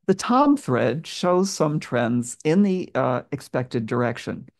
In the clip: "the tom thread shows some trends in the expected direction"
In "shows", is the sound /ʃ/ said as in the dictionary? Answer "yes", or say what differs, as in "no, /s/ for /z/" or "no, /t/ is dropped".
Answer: yes